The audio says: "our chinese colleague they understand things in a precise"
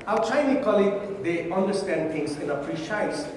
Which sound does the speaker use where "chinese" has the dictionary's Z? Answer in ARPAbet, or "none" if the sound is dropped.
none